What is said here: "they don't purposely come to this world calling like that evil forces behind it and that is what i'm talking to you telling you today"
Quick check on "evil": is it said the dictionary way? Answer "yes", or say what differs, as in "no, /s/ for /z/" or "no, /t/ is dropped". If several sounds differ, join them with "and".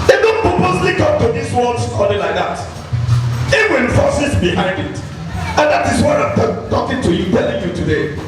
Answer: no, /w/ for /v/ and /n/ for /l/